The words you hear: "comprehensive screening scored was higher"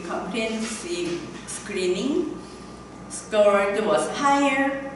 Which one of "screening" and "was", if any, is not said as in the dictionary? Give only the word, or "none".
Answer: was